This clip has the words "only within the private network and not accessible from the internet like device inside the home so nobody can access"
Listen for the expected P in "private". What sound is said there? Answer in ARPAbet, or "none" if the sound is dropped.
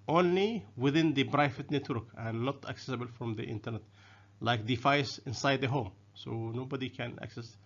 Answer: B